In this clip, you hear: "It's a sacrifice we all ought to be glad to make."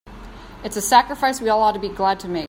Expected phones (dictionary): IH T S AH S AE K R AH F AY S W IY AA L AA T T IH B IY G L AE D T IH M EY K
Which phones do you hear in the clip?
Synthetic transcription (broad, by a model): IH T S AH S AE K R AH F AY S W IY AA L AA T T IH B IY G L AE D T IH M EY